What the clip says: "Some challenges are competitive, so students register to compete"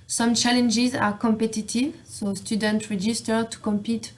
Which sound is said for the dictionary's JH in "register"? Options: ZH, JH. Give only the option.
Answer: JH